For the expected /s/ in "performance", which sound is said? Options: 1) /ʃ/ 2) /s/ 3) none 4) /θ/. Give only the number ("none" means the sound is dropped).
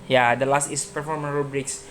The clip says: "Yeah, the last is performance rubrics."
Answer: 3